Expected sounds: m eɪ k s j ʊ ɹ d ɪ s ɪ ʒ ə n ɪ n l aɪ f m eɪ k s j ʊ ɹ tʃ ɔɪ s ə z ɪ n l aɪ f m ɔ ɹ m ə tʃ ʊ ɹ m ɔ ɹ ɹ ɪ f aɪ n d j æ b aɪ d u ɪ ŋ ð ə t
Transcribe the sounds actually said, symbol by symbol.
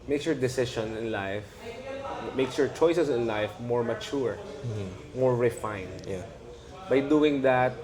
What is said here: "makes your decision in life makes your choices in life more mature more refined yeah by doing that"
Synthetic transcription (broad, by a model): m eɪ k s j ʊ ɹ d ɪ s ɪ ʃ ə n ɪ n l aɪ f m eɪ k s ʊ ɹ tʃ ɔɪ s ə s ɪ n l aɪ f m ɔ ɹ m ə tʃ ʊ ɹ m ɔ ɹ ɹ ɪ f aɪ n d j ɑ b aɪ d u ɪ ŋ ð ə t